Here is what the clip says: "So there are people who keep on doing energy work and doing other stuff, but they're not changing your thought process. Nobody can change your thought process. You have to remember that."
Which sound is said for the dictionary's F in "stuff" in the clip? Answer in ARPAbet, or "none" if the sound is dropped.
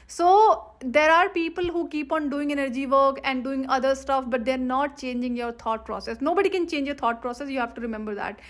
F